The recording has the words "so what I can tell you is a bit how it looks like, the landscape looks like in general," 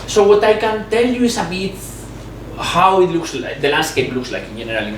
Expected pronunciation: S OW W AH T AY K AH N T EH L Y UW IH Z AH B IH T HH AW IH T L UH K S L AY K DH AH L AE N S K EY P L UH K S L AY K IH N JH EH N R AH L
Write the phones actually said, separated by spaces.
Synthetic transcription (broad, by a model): S OW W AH T AY K AH N T EH L Y UW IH S AH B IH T HH AW IH T L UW K S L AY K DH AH L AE N S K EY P L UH K S L AY K IH N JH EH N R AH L